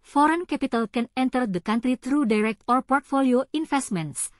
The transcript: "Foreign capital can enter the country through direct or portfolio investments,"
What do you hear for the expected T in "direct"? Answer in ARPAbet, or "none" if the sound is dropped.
T